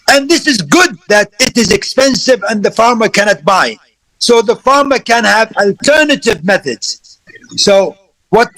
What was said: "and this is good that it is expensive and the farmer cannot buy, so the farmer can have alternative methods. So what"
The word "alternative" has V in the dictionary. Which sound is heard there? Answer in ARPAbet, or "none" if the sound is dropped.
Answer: V